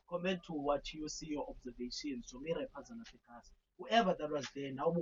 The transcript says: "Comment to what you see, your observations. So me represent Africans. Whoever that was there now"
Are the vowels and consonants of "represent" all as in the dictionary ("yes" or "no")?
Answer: no